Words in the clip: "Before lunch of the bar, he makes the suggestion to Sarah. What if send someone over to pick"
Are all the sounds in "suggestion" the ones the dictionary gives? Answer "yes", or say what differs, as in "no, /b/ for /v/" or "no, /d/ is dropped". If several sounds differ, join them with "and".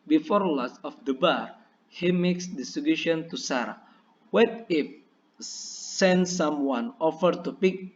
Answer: no, /dʒ/ is dropped